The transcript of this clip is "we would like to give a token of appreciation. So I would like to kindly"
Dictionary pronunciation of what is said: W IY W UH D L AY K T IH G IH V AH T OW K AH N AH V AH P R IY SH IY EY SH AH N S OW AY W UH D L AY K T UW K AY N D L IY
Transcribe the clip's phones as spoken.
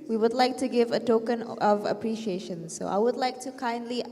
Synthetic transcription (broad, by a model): W IY W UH D L AY K T IH G IH V AH T OW K AH N AH V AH P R IY SH IY EY SH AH N S OW AY W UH D L AY K T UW K AY N D L IY